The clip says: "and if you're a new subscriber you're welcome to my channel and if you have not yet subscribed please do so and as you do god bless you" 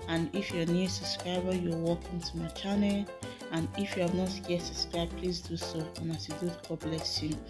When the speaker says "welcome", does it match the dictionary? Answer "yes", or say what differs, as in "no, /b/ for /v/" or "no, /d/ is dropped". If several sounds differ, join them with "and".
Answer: no, /l/ is dropped